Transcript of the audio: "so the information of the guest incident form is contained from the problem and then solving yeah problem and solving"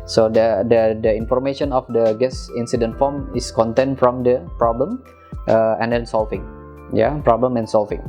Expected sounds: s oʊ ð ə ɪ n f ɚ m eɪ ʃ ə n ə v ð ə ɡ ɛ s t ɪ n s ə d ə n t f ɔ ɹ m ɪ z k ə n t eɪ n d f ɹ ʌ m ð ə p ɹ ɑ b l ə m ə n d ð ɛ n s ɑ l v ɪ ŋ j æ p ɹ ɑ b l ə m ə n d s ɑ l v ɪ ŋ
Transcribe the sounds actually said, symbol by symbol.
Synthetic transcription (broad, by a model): s oʊ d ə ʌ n f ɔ m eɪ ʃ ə n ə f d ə ɡ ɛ s ɪ n s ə d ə n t f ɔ m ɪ s k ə n t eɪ n f ɹ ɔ m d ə p ɹ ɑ b l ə m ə n d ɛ n s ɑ l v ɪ ŋ j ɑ p ɹ ɑ b l ə m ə n s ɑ l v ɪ ŋ